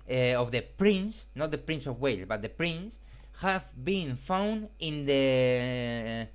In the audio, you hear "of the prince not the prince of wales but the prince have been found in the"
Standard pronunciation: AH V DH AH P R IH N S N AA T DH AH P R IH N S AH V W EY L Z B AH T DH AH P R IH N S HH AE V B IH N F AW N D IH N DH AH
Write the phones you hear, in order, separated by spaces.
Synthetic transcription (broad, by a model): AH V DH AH P R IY N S N AA T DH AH P R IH N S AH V W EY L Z B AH T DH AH P R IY N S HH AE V B IH N F AW N D IH N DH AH